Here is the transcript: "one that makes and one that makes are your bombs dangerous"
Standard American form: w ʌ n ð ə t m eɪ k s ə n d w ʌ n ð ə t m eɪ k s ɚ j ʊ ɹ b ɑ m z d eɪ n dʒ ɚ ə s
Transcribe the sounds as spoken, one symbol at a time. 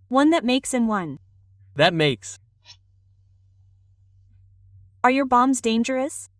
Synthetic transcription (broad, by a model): w ʌ n ð ə t m eɪ k s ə n w ʌ n ð ə t m eɪ k s ɚ j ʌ ɹ b ɑ m z d eɪ n dʒ ɚ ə s